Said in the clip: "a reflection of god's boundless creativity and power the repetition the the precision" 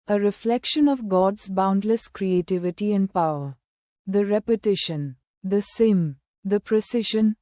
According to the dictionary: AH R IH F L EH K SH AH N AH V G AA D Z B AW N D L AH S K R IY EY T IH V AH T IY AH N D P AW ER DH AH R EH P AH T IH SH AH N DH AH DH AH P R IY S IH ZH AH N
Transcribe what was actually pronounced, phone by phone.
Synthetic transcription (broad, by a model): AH R IH F L EH K SH AH N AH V G AA D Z B AW N D L AH S K R IY EY T IH V AH T IY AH N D P AW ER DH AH R EH P AH T IH SH AH N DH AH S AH P R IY S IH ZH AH N